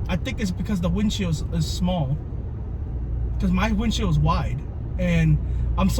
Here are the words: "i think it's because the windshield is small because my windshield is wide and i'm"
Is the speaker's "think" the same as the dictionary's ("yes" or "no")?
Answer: yes